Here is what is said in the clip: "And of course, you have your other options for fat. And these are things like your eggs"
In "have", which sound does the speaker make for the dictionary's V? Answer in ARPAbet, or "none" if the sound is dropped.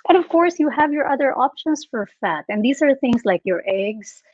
V